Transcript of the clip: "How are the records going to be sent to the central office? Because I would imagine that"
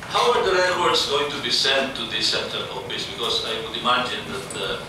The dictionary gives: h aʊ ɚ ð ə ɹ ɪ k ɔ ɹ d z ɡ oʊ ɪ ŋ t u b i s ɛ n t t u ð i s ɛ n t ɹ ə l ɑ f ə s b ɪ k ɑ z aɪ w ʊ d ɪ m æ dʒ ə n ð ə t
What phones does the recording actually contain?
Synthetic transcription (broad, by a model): h aʊ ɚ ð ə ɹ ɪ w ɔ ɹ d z ɡ oʊ ɪ ŋ t u b i s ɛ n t t u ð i s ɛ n t ə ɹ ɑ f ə s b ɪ k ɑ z aɪ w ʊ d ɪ m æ dʒ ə n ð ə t